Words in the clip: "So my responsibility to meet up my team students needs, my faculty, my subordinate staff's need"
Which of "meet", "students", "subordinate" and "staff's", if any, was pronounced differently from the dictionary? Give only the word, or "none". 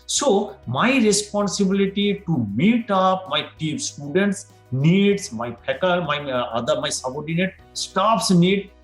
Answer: staff's